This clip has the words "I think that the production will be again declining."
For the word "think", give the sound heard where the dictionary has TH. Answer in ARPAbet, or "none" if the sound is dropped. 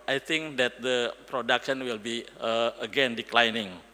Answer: T